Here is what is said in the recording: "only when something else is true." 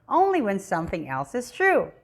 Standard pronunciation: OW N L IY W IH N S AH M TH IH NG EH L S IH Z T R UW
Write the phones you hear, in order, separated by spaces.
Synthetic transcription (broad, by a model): OW N L IY W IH N S AH M TH IH NG EH L S IH Z T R UW